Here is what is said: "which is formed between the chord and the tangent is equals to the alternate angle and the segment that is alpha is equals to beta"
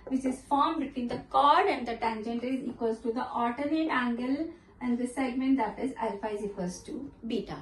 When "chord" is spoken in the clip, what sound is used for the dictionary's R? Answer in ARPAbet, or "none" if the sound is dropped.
R